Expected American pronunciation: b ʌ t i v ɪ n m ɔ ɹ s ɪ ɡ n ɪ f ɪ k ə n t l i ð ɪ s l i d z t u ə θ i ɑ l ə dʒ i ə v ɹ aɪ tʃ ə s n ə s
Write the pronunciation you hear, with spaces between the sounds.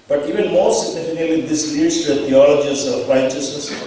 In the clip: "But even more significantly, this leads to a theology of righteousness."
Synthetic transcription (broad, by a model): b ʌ t i v ɪ n m ɔ ɹ s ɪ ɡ n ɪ f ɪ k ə t l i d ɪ s l i d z t u ə t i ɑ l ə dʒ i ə p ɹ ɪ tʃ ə s n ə s